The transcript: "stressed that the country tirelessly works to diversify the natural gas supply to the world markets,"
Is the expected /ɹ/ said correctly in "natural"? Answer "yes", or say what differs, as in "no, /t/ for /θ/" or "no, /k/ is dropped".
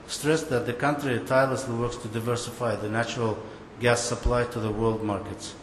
yes